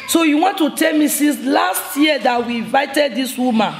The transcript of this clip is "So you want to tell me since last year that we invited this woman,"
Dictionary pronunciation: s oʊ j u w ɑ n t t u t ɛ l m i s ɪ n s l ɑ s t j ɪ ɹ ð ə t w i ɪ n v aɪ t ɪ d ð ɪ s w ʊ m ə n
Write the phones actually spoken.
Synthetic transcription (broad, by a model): s oʊ j u w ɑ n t t u t ɛ l m i s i s l ɑ s t j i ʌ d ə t w i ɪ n v aɪ t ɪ d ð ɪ s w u m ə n